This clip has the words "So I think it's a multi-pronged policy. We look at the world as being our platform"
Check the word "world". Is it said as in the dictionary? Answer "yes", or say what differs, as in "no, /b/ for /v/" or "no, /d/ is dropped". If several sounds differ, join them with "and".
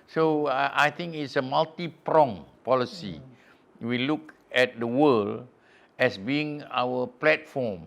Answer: no, /d/ is dropped